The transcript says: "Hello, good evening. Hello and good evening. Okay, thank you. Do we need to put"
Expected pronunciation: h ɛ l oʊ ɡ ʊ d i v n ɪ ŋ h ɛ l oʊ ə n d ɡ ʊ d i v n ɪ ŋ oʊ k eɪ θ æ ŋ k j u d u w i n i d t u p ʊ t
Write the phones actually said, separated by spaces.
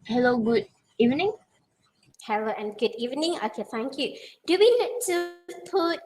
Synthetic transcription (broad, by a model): h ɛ l oʊ ɡ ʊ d i v n ɪ ŋ h ɛ l oʊ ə n ɡ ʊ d i v n ɪ ŋ oʊ k eɪ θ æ ŋ k j u d u w i l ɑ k t u p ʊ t